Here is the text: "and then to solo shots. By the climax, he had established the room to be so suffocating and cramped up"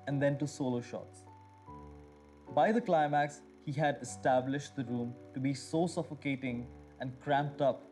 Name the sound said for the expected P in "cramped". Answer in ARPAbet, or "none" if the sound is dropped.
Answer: P